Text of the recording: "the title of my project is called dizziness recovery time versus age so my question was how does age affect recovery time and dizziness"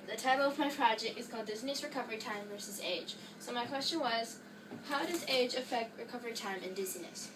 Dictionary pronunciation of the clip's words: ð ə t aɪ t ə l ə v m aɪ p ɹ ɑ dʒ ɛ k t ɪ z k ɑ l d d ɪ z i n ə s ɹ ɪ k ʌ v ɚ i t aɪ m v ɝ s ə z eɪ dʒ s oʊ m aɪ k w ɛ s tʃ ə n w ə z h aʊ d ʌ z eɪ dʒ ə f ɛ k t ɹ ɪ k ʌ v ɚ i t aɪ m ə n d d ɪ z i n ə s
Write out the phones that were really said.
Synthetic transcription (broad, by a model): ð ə t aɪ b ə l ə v m aɪ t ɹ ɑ dʒ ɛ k ɪ z k ɑ l d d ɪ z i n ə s ɹ ɪ k ʌ v ɚ i t aɪ m v ɝ s ə z eɪ dʒ s oʊ m aɪ k w ɛ s tʃ ə n w ə z h aʊ d ʌ z eɪ dʒ ə f ɛ k t ɹ ɪ k ʌ v ɚ i t aɪ m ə n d d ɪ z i n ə s